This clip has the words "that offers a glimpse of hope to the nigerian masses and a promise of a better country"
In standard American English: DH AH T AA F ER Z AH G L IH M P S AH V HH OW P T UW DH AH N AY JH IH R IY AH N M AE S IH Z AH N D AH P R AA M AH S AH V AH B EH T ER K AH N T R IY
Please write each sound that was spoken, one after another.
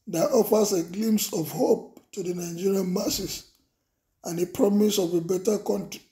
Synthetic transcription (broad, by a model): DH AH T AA F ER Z AH G L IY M S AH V HH OW P T UW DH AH N AY JH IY R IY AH N M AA S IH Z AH N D AH P R AA M AH S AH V AH B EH T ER K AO N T R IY